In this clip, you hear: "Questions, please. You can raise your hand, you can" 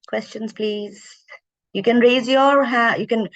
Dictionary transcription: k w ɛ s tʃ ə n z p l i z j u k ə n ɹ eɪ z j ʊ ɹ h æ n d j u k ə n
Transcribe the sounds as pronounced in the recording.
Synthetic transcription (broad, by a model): k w ɛ s tʃ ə n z p l i z j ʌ k ə n ɹ eɪ z j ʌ ɹ h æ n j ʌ k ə n